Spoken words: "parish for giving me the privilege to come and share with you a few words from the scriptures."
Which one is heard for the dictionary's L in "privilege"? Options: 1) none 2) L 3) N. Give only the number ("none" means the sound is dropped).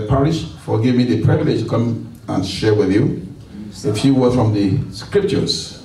2